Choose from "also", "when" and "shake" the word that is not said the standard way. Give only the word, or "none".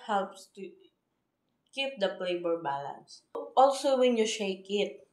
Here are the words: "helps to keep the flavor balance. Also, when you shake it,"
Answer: none